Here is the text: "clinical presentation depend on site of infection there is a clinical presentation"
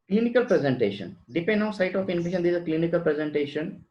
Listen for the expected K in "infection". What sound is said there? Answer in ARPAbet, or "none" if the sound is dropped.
none